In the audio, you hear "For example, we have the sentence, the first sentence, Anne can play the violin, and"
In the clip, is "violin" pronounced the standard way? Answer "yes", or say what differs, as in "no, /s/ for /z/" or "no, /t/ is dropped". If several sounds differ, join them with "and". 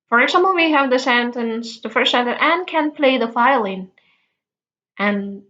no, /f/ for /v/